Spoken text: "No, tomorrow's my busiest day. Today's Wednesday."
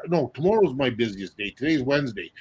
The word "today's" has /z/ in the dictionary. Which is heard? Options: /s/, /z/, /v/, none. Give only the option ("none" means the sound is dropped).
/z/